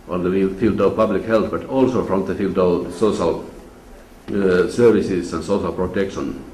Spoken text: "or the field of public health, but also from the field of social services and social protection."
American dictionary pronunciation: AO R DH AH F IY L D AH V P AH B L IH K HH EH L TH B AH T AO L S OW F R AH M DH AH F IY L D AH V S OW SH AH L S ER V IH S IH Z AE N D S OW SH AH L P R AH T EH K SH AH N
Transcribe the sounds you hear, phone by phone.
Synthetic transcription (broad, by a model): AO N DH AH F IY L D AH V P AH B L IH K HH EH L TH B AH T AO L S OW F R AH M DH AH F IY L D AH V S OW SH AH L S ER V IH S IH S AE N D S OW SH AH L P R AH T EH K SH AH N